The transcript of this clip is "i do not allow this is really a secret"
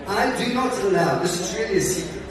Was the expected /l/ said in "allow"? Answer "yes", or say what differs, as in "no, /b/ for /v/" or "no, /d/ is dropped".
no, /n/ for /l/